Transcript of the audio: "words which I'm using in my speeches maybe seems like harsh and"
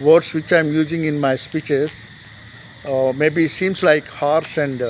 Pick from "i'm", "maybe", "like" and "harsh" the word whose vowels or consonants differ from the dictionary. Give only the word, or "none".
harsh